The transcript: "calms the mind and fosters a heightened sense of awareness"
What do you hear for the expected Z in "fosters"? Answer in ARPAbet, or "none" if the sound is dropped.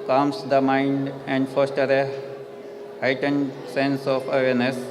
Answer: none